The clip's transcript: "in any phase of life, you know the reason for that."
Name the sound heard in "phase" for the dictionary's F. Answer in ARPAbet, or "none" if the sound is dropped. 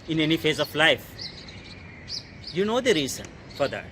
F